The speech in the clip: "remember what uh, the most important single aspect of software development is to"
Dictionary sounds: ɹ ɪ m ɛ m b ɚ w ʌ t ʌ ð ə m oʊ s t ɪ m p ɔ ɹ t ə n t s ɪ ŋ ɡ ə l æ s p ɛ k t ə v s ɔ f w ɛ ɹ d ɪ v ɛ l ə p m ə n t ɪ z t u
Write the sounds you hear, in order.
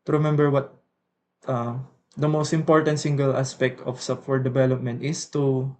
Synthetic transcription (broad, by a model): ɹ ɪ m ɛ m b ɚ w ʌ t ʌ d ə m oʊ s t ɪ m p ɔ ɹ t ə n t s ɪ ŋ ɡ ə l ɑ s p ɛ k t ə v s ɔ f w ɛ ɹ d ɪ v ɛ l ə p m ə n t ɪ s t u